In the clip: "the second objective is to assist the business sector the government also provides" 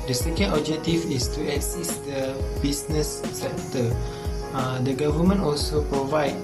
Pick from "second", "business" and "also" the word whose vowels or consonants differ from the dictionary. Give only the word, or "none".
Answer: business